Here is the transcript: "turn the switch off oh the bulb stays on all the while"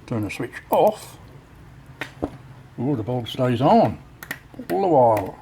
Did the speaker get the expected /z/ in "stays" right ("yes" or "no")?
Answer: yes